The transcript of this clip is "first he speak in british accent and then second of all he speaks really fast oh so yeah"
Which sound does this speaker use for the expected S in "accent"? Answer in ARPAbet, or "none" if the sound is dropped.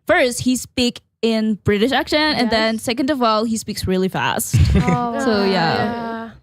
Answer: SH